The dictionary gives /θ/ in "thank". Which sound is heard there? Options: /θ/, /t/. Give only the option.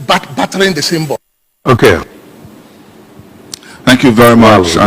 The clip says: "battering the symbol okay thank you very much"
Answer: /θ/